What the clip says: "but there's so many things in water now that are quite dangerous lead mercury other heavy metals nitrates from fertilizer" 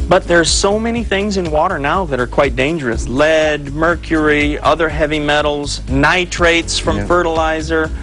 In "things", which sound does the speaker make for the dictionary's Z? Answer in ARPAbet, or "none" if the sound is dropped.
Z